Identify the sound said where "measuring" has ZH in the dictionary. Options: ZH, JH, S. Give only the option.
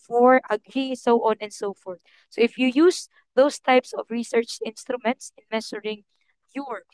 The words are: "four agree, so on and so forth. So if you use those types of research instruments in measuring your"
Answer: S